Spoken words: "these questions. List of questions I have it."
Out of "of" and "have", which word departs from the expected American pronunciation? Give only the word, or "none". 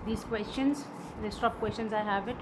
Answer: of